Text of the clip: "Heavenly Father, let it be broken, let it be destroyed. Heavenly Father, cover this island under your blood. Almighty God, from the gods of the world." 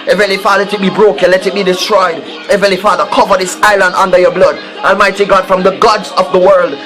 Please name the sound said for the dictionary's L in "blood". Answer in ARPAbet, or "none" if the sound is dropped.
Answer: L